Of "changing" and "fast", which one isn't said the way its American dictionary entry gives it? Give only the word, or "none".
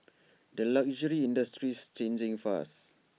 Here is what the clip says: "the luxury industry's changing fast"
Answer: fast